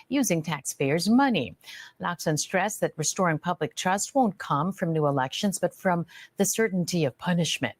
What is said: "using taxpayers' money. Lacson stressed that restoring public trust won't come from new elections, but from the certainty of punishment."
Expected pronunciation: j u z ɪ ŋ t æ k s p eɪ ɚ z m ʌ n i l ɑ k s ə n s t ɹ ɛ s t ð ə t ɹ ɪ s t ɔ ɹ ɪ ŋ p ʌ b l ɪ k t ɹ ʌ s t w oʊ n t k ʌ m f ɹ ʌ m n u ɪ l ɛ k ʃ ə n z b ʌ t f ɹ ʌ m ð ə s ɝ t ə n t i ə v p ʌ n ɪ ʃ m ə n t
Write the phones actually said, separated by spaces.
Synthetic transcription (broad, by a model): j u z ɪ ŋ t æ k s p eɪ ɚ z m ʌ n i l ɑ k s ə n s t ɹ ɛ s ð ə t ɹ ɪ s t ɔ ɹ ɪ ŋ p ʌ b l ɪ k t ɹ ʌ s t w oʊ n k ʌ m f ɹ ʌ m n u ɪ l ɛ k ʃ ə n z b ʌ t f ɹ ʌ m ð ə s ɝ t n t i ə v p ʌ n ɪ ʃ m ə n t